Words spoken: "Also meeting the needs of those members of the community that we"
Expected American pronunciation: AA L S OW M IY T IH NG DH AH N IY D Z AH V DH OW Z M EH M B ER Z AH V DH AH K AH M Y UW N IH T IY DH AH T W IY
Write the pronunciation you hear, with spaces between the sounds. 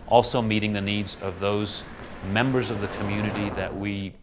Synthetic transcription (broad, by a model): AA L S OW M IY T IH NG DH AH N IY D Z AH V DH OW Z M EH M B ER Z AH V DH AH K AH M Y UW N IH T IY DH AH T W IY